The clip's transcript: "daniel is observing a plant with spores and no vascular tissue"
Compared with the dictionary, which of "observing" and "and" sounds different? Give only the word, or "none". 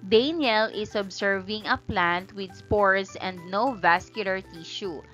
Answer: observing